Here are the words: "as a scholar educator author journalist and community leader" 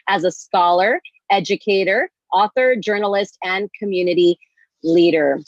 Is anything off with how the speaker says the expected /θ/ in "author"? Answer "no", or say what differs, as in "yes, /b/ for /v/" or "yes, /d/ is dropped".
no